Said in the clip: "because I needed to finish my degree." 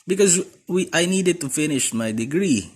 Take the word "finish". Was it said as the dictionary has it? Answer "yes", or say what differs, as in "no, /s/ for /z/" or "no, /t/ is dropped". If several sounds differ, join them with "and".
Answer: yes